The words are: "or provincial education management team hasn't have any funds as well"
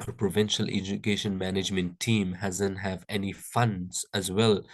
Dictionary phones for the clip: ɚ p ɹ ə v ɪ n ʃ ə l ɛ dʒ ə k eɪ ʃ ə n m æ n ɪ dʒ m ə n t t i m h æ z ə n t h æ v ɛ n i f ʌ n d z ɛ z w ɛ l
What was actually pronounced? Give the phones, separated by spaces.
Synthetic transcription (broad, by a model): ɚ p ɹ ə v ɪ n ʃ ə l ɛ dʒ ə k eɪ ʃ ə n m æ n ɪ dʒ m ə n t t i m h æ z ə n t h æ v ɛ n i f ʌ n d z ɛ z w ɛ l